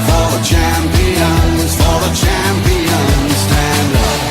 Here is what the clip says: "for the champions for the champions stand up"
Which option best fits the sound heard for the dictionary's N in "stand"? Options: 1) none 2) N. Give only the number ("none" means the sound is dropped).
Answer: 2